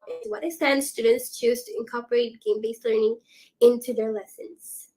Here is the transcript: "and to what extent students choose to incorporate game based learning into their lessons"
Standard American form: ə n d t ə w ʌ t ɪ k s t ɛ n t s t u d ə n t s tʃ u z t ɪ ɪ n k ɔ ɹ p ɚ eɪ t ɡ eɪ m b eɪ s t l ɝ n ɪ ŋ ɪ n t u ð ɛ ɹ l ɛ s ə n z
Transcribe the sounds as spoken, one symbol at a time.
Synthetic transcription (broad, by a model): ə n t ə w ʌ t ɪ s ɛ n s t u d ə n t s tʃ u z t ɪ ɪ n k ɔ ɹ p ɚ eɪ t ɡ eɪ m b eɪ s t l ɝ n ɪ ŋ ɪ n t u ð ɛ ɹ l ɛ s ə n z